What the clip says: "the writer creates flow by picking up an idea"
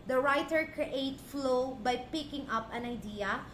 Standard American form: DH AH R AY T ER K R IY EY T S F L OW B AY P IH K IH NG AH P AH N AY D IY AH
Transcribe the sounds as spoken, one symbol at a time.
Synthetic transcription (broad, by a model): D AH R AY T ER K R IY EY T F L OW B AY P IH K IH NG AH P AH N AY D IY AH